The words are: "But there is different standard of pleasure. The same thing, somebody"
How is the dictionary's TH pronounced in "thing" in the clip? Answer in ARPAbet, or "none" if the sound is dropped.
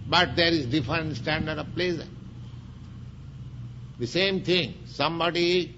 T